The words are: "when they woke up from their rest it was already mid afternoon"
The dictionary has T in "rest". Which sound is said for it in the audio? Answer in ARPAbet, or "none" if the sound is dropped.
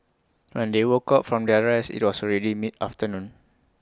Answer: none